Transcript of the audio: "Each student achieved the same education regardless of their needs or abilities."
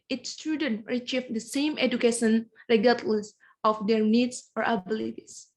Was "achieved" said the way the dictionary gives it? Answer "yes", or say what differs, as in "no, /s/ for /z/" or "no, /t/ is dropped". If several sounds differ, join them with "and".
no, /f/ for /v/